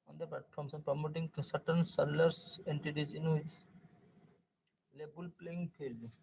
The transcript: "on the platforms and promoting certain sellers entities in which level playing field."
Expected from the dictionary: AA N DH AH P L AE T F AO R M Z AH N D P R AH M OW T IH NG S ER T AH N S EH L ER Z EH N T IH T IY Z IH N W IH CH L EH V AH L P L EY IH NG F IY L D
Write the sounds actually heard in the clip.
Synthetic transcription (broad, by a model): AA N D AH P L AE T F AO R M S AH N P R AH M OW T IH NG S ER T AH N S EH L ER S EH N T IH T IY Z IH N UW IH S L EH B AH L P L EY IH NG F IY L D